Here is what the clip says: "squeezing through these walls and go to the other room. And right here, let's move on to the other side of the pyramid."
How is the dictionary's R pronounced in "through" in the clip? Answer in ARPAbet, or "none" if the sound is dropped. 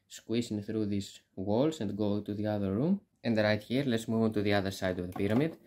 R